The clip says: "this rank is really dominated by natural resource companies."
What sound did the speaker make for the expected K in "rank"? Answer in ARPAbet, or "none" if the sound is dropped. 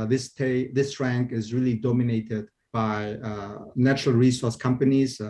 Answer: K